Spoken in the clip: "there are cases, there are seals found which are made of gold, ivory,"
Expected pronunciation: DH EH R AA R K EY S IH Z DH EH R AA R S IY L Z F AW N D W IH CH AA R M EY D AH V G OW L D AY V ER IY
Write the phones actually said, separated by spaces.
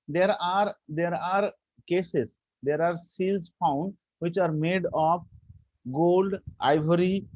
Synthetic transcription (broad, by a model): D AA R AA R K EY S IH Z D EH R AA R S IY L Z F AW N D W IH CH AA R M EY D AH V G OW L D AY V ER IY